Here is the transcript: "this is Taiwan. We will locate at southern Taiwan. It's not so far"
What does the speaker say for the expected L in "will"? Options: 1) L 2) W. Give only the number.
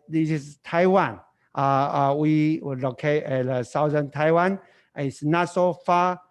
2